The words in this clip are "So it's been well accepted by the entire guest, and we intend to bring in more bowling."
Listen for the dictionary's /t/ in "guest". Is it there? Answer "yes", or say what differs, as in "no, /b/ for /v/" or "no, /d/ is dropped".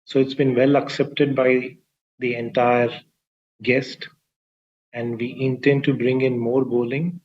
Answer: yes